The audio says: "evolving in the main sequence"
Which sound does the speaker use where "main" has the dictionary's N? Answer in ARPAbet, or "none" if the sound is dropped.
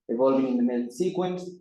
L